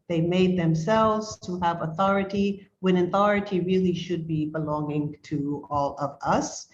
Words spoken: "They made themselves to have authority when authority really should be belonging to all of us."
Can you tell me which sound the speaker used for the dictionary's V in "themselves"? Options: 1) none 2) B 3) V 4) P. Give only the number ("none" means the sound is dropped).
3